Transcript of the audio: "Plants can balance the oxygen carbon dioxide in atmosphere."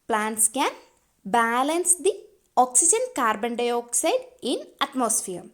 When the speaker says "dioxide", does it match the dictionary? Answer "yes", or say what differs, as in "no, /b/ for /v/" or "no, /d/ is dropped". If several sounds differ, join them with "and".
yes